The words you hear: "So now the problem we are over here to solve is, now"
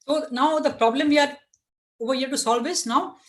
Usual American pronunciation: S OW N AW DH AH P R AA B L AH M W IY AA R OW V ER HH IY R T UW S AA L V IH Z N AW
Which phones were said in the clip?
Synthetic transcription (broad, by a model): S OW N AW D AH P R AA B L AH M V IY AA R OW V ER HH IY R T UW S AA L V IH S N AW